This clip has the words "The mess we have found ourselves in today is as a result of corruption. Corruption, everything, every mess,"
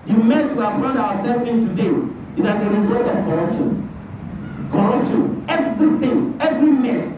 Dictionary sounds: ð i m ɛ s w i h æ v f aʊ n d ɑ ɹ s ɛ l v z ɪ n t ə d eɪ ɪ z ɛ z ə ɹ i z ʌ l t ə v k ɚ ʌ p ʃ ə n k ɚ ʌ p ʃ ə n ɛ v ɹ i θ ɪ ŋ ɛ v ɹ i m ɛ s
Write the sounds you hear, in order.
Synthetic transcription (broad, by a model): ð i m ɛ s w i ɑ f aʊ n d ɑ w s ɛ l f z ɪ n t ə d eɪ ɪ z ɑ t ə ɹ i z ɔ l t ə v k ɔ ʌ p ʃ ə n k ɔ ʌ p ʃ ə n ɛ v ɹ i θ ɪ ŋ ɛ v ɹ i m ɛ s